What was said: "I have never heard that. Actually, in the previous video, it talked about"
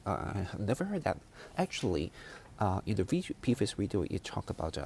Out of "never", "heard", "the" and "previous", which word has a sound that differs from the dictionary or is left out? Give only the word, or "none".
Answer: previous